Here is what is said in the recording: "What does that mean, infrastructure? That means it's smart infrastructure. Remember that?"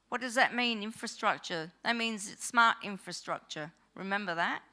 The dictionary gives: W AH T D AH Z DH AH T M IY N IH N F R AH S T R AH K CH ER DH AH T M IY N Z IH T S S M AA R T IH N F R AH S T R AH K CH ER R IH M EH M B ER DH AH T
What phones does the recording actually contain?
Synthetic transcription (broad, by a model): W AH T D AH Z DH AH T M IY N IH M F R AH S T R AH K CH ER DH AH T M IY N Z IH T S S M AA R T IH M F R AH S T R AH K CH ER R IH M EH M B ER DH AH T